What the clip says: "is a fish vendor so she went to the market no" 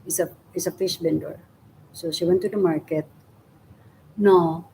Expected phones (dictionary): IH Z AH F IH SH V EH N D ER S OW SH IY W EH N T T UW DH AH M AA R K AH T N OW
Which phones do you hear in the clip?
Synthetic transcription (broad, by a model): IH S AH F IH SH B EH N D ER S OW SH IY W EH N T T UW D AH M AA R K AH T N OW